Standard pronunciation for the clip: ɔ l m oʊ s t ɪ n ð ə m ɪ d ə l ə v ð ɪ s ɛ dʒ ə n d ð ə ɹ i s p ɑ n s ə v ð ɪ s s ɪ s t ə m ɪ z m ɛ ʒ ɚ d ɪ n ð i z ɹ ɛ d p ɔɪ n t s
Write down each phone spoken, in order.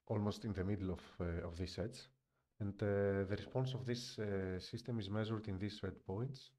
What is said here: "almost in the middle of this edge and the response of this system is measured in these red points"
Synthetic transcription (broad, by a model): ɔ l m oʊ s t ɪ n ð ə m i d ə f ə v ð ɪ s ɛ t ə n d ð ə ɹ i s p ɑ n s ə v ð ɪ s s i s t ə m ɪ z m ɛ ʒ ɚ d ɪ n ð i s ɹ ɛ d p ɔɪ n t s